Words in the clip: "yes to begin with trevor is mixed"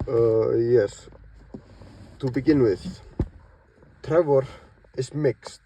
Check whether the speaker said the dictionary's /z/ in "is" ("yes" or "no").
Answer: no